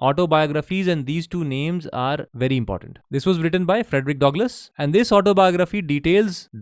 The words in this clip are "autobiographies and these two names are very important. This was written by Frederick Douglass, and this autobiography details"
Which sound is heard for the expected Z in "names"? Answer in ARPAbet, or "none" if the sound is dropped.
Z